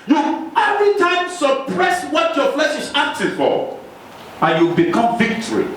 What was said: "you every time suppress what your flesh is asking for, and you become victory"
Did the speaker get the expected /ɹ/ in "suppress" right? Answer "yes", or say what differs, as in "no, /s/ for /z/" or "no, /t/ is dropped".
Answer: yes